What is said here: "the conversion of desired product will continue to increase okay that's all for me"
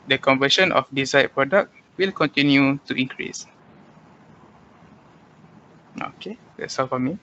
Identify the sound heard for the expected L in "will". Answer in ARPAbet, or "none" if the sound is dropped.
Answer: L